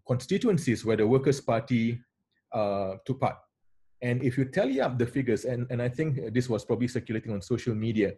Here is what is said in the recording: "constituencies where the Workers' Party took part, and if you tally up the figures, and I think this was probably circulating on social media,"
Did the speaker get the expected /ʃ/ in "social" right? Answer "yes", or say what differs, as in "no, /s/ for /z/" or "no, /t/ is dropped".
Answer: yes